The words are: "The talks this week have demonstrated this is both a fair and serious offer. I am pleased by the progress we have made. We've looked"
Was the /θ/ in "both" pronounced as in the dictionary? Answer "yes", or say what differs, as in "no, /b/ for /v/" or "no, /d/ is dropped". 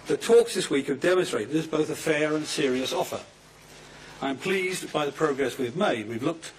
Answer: yes